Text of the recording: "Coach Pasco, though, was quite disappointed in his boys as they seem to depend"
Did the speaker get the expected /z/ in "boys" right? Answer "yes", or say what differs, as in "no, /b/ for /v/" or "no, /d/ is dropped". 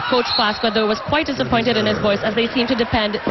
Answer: no, /s/ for /z/